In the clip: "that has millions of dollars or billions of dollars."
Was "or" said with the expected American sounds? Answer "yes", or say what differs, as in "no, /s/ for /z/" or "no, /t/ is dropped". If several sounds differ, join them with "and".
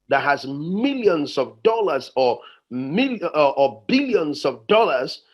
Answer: no, /l/ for /ɹ/